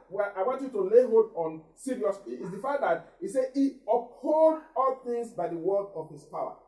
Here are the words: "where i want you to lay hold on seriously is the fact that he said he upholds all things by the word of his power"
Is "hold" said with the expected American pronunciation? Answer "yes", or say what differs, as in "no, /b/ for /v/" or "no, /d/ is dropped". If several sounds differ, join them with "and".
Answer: no, /l/ is dropped